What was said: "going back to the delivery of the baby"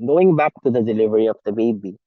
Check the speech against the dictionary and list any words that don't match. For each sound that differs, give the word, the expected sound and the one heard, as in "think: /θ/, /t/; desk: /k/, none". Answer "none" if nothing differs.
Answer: none